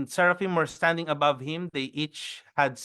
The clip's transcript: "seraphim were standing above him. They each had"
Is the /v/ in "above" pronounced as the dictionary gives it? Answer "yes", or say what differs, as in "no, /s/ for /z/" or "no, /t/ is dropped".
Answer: yes